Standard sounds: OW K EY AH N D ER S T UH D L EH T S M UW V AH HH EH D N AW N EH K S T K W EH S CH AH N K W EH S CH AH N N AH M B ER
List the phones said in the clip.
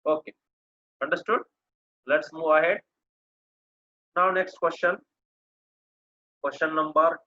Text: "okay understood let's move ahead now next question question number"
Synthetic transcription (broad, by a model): OW K EY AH N D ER S T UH D L EH T S M UW V AH HH EH D N AW N EH K S T K W EH S CH AH N K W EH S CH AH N N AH M B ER